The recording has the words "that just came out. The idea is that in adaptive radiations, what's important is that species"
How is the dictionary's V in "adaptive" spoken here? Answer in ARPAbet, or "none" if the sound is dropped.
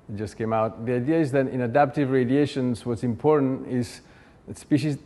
V